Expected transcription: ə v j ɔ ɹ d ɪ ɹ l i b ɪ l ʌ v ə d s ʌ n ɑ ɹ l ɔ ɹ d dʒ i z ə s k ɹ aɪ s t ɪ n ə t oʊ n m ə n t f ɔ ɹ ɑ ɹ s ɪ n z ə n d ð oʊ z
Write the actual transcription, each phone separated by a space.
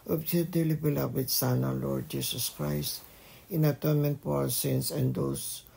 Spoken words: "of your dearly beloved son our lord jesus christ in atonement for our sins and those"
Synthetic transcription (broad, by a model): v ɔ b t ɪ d l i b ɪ l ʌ w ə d s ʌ n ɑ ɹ l ɔ ɹ d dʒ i s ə s k ɹ aɪ s t ɪ n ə t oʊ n m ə n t p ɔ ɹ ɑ w s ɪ n s ə n d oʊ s